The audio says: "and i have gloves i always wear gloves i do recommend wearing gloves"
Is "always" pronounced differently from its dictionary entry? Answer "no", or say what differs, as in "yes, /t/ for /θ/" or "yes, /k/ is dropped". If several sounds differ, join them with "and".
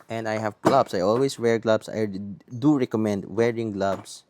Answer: yes, /s/ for /z/